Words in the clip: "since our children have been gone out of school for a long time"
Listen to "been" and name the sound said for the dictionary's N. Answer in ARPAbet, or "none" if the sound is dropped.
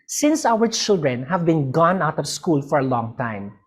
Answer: N